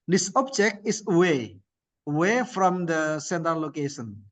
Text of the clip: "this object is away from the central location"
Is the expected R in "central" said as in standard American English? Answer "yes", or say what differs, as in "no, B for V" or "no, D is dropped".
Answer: no, R is dropped